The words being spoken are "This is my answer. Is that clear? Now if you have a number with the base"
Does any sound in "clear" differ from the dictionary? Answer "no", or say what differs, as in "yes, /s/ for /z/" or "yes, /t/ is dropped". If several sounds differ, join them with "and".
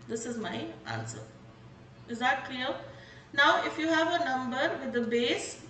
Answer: yes, /l/ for /ɹ/